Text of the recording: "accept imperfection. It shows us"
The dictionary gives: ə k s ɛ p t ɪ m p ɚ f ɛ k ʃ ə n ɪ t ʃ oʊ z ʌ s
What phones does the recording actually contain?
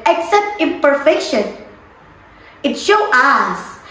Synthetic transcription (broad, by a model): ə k s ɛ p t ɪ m p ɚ f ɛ k ʃ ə n ɪ t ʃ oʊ ʌ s